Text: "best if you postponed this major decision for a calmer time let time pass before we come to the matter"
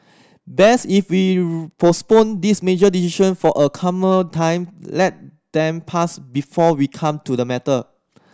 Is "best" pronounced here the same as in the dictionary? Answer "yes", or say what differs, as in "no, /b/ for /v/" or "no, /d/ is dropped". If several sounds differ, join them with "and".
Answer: no, /t/ is dropped